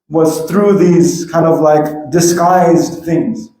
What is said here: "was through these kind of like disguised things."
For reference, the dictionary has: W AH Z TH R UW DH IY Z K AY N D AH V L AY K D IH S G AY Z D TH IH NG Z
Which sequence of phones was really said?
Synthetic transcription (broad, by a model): W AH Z TH R UW DH IY Z K AY N D AH V L AY K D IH S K AY Z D TH IH NG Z